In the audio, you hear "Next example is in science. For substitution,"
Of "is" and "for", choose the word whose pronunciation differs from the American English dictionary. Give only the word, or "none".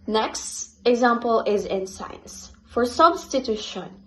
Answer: none